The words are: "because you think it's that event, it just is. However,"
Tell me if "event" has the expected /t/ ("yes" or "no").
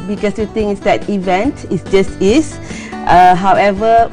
yes